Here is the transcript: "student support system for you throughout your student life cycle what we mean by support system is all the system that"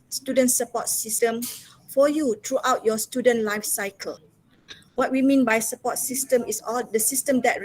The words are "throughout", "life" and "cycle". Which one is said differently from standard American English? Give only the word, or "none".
throughout